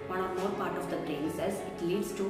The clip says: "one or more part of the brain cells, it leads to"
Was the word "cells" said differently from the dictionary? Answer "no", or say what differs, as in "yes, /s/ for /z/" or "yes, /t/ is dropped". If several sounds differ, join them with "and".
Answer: yes, /l/ is dropped